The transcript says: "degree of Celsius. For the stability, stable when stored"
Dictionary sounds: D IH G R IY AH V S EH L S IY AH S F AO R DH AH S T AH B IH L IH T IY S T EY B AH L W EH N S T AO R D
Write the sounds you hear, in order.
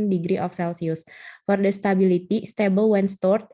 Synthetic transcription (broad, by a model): D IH G R IY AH F S EH L S IY AH S F AO R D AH S T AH B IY L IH T IY S T EY B AH L W EH N S T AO R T